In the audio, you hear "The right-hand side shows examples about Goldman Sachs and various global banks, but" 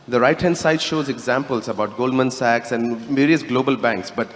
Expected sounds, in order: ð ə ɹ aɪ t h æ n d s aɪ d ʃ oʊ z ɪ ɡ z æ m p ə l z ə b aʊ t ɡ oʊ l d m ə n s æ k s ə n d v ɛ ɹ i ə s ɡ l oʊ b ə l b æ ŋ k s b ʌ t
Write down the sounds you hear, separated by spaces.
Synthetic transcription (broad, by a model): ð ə ɹ aɪ t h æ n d s aɪ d ʃ oʊ z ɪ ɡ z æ m p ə l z ə b aʊ t ɡ oʊ l d m ə n s æ k s ə n d v ɛ ɹ i ə s ɡ l oʊ b ə l b æ ŋ k s b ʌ t